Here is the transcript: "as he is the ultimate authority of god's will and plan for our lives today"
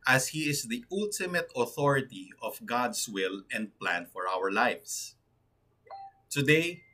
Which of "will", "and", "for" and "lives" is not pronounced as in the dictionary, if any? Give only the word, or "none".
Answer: lives